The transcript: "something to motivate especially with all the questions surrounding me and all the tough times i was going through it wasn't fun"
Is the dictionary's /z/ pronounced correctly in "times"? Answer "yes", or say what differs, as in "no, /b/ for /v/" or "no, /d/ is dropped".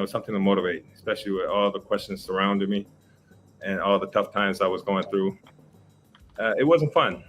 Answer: yes